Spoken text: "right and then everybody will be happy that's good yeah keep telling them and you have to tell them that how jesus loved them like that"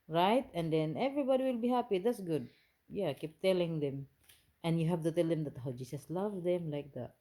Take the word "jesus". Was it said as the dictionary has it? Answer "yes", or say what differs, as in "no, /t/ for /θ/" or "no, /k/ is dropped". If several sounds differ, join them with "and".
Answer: no, /s/ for /z/